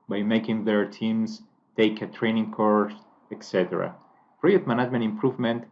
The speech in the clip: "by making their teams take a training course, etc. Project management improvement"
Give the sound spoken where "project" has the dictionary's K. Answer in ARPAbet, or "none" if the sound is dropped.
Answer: none